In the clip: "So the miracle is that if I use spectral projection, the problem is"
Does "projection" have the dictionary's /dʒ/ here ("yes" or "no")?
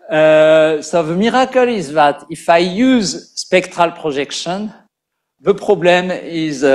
no